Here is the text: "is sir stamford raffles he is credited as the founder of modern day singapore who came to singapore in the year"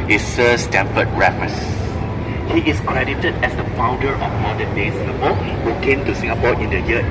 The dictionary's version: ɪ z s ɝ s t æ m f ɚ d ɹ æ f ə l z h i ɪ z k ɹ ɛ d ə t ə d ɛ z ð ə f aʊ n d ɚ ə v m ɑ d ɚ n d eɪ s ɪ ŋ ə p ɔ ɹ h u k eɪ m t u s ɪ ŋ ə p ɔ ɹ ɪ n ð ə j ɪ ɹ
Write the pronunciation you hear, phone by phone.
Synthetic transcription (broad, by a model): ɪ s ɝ s t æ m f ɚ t ɹ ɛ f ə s h i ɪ s k ɹ ɛ d ə t ə d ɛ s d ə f aʊ n d ɚ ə f m ɑ d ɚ n d eɪ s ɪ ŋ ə p ɔ h u k eɪ m t u s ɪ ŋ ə p ɔ ɪ n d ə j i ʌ